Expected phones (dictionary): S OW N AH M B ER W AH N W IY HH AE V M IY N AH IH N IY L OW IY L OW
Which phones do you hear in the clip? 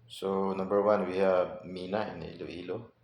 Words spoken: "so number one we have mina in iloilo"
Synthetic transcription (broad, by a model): S OW N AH M B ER W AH N W IY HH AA B M IY N AH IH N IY L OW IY L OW